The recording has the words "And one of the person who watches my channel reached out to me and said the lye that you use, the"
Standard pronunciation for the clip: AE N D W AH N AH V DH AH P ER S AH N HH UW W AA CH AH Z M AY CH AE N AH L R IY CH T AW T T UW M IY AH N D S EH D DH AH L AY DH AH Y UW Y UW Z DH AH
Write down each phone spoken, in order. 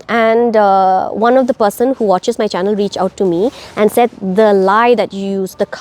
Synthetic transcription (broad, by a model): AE N D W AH N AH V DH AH P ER S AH N HH UW W AA CH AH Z M AY CH AE N AH L R IY CH AW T T UW M IY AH N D S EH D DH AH L AY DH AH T Y UW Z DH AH